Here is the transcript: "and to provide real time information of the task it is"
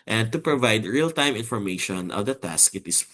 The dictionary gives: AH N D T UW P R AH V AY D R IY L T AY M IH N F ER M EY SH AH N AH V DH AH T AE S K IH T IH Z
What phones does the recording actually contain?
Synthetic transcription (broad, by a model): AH N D T UW P R AH V AY D R IY L T AY M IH N F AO M EY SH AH N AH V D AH T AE S K IH T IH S